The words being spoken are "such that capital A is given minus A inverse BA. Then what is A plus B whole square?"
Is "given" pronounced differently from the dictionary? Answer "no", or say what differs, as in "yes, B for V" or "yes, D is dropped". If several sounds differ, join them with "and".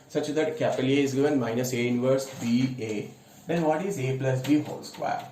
no